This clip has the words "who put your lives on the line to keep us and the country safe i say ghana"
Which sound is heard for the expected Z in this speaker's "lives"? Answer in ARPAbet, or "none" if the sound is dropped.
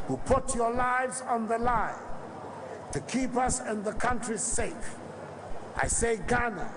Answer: Z